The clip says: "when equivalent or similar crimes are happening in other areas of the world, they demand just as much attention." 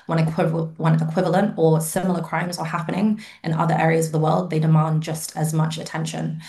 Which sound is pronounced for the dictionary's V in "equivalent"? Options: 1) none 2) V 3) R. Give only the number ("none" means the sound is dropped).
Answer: 2